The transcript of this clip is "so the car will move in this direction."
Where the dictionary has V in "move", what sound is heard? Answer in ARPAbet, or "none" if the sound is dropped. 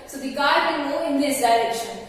none